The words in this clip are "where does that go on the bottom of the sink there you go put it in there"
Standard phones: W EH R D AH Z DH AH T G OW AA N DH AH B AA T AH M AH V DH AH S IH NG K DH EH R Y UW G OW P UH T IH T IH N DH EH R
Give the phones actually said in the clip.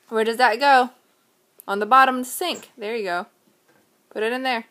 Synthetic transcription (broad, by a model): W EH R D AH Z DH AH T G OW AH N DH AH B AA T AH M S IH NG K DH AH R Y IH G OW P UH T IH T IH N DH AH R